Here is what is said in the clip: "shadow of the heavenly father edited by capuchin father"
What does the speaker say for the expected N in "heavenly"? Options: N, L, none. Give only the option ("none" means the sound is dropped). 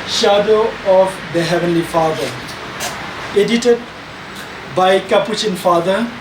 N